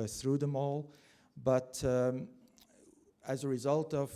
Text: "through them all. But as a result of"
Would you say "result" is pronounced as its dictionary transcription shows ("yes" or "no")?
yes